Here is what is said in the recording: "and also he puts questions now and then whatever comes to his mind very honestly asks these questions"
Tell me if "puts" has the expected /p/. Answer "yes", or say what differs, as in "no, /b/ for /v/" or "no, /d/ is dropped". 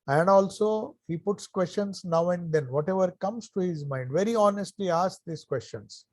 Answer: yes